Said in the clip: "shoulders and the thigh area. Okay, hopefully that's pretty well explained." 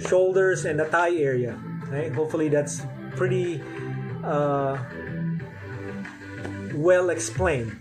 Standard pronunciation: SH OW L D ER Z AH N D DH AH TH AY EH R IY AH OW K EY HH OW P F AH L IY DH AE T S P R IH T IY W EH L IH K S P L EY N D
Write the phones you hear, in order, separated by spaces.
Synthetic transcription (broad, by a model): SH OW L D ER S AH N D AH T AY EH R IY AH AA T HH OW P F AH L IY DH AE T S P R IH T IY W EH L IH K S P L EY N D